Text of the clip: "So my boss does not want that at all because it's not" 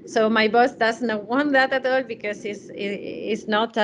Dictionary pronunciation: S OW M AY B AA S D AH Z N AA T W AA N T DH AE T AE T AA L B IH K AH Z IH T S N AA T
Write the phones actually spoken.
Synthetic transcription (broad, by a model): S OW M AY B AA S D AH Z N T W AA N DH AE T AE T AA L B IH K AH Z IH S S N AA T